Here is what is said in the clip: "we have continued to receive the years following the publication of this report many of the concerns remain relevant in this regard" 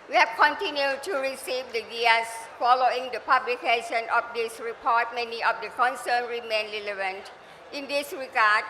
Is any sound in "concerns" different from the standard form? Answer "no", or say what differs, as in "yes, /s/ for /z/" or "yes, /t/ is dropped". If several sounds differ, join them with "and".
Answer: yes, /z/ is dropped